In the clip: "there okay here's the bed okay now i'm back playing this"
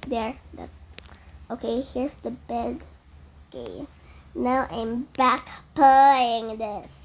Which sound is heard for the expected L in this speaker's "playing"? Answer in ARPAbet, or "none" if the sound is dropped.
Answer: none